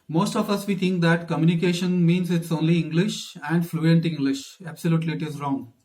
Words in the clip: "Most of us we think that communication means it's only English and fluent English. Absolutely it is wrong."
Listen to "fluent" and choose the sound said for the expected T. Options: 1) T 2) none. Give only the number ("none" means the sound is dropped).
1